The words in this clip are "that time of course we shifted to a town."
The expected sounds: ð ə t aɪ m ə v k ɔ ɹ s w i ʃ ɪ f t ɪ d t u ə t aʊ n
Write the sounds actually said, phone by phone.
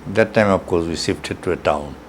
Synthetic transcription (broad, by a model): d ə t aɪ m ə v k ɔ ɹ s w i s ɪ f t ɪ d t u ə t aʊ n